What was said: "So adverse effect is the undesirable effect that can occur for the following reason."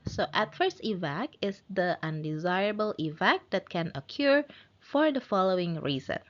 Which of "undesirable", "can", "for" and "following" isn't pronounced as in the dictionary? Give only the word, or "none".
none